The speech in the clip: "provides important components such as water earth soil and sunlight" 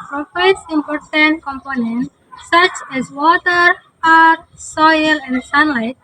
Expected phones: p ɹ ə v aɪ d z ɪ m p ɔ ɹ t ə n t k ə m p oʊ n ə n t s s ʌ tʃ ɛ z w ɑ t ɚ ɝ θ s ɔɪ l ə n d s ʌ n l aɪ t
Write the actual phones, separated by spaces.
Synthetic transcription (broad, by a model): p ɹ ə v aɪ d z ɪ m p ɔ ɹ t ə n t k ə m p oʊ n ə n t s s ʌ tʃ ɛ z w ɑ t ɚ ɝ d s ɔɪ l ə n d s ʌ n l aɪ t